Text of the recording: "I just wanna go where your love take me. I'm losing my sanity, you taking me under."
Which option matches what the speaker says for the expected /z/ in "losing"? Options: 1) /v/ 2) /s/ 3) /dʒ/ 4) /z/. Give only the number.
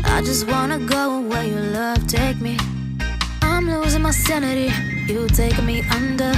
4